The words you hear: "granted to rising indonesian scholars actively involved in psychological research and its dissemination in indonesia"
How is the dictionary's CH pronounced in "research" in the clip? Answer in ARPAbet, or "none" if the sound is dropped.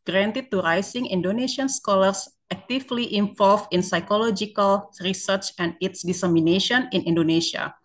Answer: CH